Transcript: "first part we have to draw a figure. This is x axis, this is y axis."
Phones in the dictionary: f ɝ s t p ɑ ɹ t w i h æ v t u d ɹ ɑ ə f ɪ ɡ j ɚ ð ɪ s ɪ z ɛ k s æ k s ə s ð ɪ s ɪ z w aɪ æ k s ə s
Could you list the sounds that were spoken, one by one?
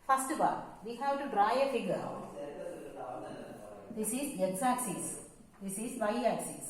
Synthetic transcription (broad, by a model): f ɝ s t b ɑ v i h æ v t u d ɹ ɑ ə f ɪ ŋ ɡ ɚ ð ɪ s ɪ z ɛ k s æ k s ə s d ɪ s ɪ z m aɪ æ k s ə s